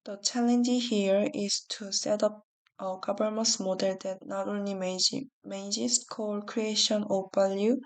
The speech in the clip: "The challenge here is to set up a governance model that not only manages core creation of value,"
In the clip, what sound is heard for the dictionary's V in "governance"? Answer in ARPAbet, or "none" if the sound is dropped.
B